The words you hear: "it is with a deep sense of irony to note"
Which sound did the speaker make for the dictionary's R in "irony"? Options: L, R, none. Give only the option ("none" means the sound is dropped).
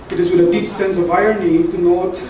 none